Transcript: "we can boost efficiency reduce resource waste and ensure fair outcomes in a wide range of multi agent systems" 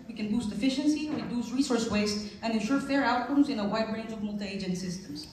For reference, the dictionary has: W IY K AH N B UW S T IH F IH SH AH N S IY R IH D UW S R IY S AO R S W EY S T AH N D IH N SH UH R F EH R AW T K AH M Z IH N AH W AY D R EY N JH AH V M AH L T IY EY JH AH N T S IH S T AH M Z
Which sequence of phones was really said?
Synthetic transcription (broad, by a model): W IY K AH N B UW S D IH F IH SH AH N S IY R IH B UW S R IY S AO R S W EY S T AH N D IH N SH UH R F EH R AW T K AH M Z IH N AH W AY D R EY N JH AH V M AH L T IY EY JH AH N T S IH S T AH M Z